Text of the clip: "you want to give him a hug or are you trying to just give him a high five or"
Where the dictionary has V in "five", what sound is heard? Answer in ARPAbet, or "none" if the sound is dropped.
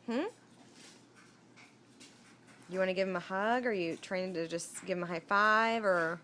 V